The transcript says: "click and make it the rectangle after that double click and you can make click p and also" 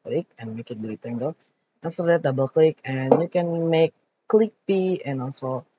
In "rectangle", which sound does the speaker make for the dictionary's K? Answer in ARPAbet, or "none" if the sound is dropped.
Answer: none